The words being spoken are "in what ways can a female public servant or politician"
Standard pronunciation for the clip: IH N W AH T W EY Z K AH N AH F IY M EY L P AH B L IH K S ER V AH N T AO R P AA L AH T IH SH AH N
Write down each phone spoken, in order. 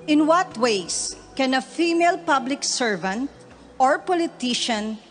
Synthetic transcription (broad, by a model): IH N W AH T W EY S K AH N AH F IY M EY L P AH B L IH K S ER V AH N T AO R P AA L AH T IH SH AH N